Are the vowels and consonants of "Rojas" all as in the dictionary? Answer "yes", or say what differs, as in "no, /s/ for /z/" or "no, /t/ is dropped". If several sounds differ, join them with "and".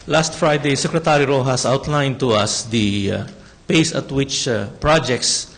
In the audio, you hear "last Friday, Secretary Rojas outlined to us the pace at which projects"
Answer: yes